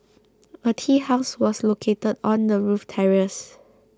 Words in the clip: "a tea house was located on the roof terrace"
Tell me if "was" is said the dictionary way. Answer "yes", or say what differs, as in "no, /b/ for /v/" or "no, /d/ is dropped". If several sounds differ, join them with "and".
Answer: no, /s/ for /z/